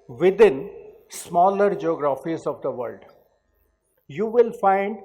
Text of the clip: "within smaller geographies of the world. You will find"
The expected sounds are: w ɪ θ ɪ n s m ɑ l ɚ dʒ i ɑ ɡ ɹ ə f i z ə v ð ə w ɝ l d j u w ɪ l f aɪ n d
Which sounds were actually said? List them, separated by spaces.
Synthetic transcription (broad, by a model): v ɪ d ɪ n s m ɑ l ɚ dʒ i ɑ ɡ ɹ ə f i z ə v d ə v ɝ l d j u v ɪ l f aɪ n d